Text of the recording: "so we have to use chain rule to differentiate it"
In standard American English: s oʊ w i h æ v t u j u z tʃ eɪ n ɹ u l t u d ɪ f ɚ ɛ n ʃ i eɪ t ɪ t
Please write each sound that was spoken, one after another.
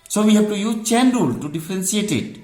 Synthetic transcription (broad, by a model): s oʊ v i h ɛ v t u j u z tʃ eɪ n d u l t u d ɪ f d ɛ n s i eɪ t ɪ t